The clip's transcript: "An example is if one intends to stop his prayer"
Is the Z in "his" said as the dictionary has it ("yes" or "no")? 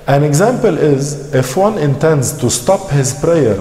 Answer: yes